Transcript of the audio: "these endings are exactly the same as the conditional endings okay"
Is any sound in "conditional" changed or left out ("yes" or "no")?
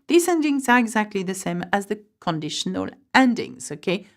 no